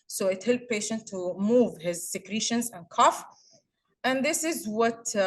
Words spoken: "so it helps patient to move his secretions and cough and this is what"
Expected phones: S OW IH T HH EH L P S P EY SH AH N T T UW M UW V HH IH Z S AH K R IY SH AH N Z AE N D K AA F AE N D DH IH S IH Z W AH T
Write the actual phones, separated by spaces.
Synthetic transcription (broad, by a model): S OW IH T HH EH L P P EY SH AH N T T UW M UW V HH IH Z S AH K R IY SH AH N Z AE N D K AA F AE N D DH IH S IH Z W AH T